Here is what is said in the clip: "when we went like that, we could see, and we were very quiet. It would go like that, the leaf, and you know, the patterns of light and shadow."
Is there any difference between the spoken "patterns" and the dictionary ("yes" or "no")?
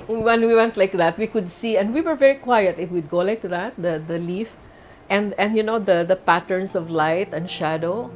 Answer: yes